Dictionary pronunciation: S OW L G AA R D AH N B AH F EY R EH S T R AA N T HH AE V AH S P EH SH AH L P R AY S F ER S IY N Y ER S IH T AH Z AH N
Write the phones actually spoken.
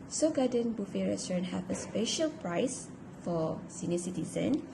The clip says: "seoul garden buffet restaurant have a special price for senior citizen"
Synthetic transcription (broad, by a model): S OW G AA D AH N B AH F EY R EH S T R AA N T HH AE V AH S P EH SH AH L P R AY S F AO S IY N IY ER S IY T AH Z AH N